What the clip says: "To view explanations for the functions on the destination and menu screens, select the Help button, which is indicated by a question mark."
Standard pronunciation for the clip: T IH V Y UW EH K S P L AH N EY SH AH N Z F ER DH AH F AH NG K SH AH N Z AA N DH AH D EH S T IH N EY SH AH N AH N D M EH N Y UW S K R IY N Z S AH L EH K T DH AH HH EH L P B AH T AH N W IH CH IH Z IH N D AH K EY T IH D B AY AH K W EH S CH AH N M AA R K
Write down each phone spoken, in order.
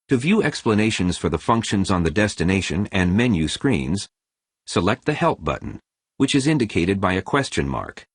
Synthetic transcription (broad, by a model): T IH V Y UW EH K S P L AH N EY SH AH N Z F ER DH AH F AH NG K SH AH N Z N DH AH D EH S T IH N EY SH AH N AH N M EH N Y UW S K R IY N Z S AH L EH K T DH AH HH EH L P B AH T N W IH CH IH Z IH N D AH K EY T IH D B AY AH K W EH S CH AH N M AA R K